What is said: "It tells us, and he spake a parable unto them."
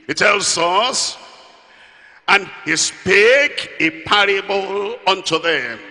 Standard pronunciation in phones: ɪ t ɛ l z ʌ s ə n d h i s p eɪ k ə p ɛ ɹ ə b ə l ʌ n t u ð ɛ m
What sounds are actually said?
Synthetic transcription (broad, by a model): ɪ t ɛ l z ʌ s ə n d h i s p eɪ k ə p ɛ ɹ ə b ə l ʌ n t u ð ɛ m